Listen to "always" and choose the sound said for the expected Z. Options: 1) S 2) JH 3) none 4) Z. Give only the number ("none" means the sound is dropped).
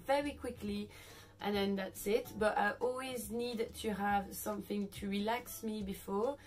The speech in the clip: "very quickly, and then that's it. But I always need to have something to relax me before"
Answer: 4